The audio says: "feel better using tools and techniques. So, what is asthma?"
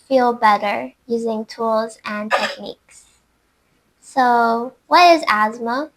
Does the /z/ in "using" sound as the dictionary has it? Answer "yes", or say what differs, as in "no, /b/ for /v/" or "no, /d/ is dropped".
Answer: yes